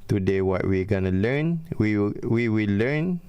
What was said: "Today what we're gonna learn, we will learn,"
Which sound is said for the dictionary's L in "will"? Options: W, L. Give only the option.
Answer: W